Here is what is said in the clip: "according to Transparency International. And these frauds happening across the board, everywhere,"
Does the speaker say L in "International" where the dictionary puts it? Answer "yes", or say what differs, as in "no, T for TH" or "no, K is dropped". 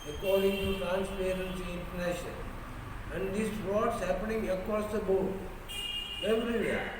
no, N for L